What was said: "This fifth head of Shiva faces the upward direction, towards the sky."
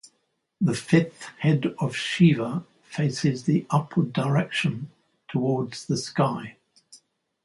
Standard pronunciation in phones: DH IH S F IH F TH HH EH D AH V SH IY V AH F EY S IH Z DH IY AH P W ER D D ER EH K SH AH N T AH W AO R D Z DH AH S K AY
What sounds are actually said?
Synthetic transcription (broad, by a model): DH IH F IH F TH HH EH D AH V SH IY V AH F EY S IH Z DH IY AH P W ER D D ER EH K SH AH N T AH W AO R D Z DH AH S K AY